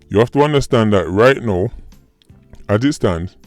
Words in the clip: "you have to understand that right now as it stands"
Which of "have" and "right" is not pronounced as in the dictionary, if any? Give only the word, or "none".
have